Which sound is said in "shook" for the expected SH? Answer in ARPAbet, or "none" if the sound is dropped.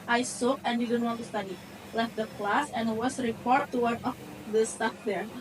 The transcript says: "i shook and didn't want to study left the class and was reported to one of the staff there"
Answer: S